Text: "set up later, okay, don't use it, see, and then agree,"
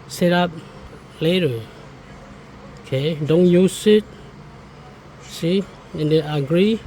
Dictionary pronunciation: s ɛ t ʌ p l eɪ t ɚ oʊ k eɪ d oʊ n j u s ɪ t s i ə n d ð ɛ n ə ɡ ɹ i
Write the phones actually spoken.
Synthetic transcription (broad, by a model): s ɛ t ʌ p l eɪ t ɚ oʊ k eɪ d oʊ n j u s ɪ t s i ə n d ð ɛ ə ɡ ɹ i